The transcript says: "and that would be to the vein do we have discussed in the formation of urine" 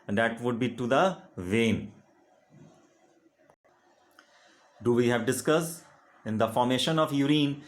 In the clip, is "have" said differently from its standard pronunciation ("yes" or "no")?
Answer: no